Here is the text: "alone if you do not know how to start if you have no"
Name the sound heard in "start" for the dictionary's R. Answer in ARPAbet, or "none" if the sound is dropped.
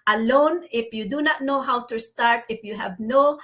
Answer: R